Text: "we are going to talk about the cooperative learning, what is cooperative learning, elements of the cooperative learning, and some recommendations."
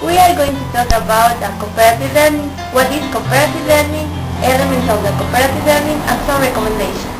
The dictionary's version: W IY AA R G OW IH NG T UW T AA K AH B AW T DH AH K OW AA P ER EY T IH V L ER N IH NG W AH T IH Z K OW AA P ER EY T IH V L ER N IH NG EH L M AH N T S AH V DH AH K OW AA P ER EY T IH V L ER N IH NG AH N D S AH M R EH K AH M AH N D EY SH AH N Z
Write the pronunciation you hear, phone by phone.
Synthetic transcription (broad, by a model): W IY AA R G OW IH NG T UW T AA K AH B AW T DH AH K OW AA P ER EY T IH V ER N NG W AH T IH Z K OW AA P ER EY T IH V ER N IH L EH M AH N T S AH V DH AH K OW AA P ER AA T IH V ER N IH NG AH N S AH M R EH K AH M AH N D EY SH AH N